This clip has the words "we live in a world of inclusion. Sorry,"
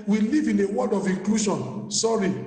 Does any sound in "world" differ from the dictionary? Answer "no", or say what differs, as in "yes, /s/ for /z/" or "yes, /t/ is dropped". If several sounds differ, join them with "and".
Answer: yes, /l/ is dropped